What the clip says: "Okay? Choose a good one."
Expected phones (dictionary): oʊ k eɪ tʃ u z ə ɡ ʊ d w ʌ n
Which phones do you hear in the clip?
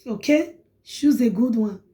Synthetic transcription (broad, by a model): oʊ k eɪ ʃ u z ə ɡ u d w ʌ n